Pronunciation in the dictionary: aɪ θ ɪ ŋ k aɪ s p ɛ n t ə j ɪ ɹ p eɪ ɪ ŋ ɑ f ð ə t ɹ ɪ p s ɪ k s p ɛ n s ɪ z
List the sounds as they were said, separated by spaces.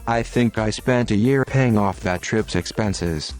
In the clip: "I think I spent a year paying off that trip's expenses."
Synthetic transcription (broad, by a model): aɪ θ ɪ ŋ k aɪ s p ɛ n t ə j ɪ ɹ p eɪ ɪ ŋ ɑ f ð ə t ɹ ɪ p s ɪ k s p ɛ n s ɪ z